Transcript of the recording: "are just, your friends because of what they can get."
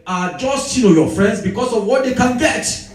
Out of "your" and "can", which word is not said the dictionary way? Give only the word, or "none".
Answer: your